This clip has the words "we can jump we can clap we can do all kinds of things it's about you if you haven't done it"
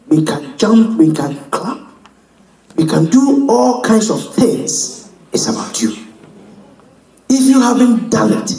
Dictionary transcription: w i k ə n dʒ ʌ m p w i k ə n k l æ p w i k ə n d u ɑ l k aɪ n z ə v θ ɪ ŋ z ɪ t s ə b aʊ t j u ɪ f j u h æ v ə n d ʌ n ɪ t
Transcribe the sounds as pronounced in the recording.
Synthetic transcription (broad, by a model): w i k ə n dʒ ʌ m p w i k ə n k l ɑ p w i k ə n d u ɑ l k aɪ n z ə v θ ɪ ŋ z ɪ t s ə b aʊ t j u ɪ f j u h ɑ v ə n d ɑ l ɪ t